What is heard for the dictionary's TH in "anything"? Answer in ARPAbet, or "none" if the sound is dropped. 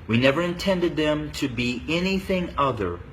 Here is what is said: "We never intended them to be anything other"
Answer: TH